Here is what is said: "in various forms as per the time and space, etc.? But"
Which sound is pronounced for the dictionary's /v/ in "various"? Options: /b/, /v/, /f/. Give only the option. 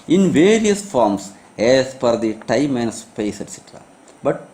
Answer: /v/